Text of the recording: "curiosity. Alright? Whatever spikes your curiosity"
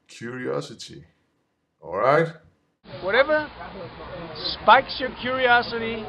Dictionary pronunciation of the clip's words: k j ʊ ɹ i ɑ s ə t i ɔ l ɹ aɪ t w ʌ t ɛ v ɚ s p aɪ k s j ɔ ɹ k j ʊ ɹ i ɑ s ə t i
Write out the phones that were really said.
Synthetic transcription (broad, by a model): k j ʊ ɹ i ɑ s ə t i ɔ l ɹ aɪ t w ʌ t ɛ v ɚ s p aɪ k s j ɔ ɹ k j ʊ ɹ i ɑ s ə t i